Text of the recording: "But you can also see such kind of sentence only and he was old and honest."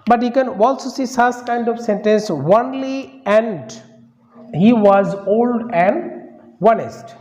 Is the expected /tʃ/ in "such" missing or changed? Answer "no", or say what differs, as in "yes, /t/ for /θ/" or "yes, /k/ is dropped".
yes, /s/ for /tʃ/